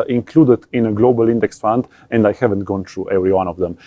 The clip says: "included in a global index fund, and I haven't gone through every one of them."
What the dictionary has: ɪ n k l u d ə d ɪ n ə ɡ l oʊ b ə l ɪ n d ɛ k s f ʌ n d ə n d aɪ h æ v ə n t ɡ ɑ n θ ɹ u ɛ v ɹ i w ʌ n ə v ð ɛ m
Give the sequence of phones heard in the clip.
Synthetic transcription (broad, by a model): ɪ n k l u d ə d ɪ n ə ɡ l oʊ b ə l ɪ n d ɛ k s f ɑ n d ə n d aɪ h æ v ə n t ɡ ɑ n t ɹ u ɛ v ɹ i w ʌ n ə v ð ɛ m